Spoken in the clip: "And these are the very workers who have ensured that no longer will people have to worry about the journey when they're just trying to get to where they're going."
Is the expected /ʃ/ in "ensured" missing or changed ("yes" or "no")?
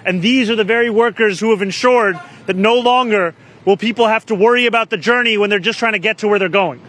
no